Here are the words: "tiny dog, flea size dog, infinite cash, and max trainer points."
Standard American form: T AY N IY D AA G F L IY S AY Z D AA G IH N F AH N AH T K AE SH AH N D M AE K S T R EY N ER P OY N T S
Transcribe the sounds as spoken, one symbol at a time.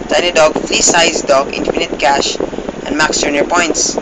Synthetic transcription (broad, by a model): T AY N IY D AA G F L IY S AY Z D AA G IH N F AH N AH T K AE SH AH N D M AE K S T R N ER P OY N T S